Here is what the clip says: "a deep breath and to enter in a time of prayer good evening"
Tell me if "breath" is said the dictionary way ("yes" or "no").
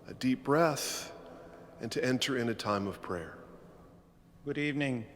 yes